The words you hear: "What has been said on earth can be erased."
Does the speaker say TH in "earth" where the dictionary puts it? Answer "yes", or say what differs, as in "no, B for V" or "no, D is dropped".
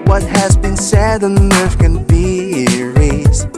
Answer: no, F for TH